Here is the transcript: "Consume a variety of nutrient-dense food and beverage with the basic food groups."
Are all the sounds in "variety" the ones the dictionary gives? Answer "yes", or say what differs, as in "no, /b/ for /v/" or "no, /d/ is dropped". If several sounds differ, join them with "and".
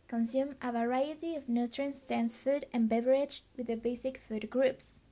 yes